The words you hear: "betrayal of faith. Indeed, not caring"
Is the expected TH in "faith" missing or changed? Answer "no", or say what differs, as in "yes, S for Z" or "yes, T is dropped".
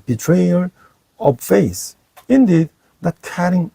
yes, S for TH